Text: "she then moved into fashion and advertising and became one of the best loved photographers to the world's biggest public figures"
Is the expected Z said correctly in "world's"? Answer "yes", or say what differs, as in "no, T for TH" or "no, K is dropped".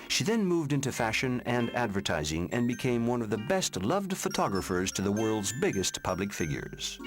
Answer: yes